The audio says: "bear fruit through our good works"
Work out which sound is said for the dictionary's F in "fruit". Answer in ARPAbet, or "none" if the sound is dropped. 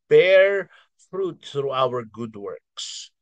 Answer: F